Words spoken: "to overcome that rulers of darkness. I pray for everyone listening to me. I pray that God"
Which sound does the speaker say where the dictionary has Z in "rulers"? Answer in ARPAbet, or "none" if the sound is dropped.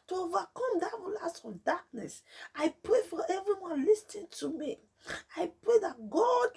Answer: S